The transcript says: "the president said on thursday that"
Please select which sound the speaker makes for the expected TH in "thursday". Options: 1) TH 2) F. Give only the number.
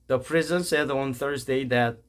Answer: 1